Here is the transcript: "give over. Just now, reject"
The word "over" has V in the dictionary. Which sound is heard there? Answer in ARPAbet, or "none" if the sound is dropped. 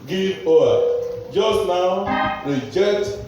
none